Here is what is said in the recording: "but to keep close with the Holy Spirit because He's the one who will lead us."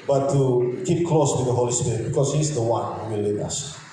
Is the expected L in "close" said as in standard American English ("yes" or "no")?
yes